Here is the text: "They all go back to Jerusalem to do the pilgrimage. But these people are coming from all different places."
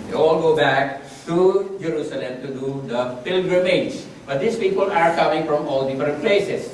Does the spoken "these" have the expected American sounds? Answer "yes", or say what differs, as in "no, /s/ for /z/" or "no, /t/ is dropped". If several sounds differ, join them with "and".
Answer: no, /s/ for /z/